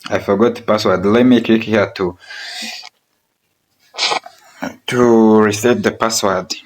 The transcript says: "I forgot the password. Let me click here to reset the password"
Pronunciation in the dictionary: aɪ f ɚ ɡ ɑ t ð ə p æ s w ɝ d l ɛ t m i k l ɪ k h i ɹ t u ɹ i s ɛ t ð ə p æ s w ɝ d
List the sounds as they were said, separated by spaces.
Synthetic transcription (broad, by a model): aɪ f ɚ ɡ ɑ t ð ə p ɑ s w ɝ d l ɛ t m i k ɪ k h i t t u ɹ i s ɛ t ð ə p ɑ s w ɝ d